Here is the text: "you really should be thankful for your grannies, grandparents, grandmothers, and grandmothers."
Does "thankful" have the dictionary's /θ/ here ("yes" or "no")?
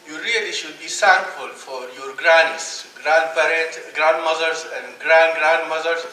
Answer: no